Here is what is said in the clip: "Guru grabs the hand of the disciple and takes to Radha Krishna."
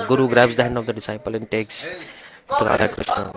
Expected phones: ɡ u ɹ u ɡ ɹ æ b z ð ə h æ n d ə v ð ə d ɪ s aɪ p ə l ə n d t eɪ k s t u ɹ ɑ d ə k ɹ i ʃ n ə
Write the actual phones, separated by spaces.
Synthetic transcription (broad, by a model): ɡ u ɹ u ɡ ɹ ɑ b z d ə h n ə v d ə d ɪ s aɪ p ə l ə n t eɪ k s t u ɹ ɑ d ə k ɹ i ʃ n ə